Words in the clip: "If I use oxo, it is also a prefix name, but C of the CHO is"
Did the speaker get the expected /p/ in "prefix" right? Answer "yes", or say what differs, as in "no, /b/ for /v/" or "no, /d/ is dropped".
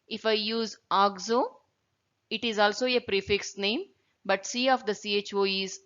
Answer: yes